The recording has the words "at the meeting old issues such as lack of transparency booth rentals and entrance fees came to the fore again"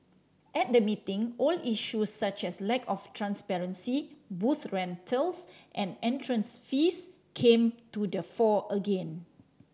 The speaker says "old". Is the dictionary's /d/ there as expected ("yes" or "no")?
no